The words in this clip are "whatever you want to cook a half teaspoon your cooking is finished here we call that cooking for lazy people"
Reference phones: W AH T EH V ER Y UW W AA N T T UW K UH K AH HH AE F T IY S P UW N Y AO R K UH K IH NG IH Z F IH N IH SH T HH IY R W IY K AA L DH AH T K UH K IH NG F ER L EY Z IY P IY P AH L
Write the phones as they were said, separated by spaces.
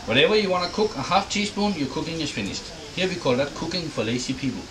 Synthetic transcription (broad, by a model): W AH T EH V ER Y UW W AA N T T UW K UH K AH HH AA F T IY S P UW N Y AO K UH K IH NG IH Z F IH N IH SH T HH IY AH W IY K AA L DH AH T K UH K IH NG F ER L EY S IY P IY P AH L